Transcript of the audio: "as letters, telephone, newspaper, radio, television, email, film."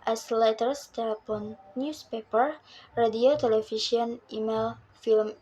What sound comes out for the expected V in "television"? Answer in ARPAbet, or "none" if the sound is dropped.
F